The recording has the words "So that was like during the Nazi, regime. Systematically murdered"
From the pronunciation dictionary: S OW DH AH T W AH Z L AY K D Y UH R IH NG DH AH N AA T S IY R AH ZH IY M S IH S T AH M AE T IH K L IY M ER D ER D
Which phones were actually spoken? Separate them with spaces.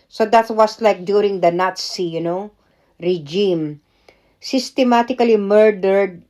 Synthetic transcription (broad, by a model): S OW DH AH T W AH S L AY K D Y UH R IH NG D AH N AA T S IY R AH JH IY M S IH S T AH M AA T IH K L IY M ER D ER D